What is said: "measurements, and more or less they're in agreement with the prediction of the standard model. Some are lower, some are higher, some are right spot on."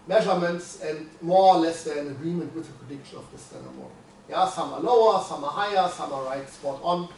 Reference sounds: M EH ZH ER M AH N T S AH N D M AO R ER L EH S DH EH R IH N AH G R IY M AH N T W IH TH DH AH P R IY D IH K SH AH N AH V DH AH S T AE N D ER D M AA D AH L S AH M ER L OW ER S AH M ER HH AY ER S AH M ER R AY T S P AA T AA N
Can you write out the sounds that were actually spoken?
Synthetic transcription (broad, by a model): M EH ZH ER M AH N T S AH N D M AO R L EH S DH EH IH N AH G R IY M AH N T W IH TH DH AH P R IY D IH K SH AH N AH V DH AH S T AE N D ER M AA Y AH S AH M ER L OW ER S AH M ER HH AY ER S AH M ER R AY T S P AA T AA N